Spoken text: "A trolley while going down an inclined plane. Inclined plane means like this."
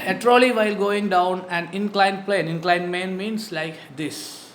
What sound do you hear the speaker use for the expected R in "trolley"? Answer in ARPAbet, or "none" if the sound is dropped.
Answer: R